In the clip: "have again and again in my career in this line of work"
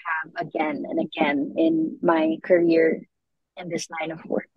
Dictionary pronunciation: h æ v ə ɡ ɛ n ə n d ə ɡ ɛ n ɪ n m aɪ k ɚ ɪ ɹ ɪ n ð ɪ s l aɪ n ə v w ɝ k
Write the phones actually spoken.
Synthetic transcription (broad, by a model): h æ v ə ɡ ɛ n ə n ə ɡ ɛ n ɪ n m aɪ k ɚ ɪ ɹ ɪ n ð ɪ s n aɪ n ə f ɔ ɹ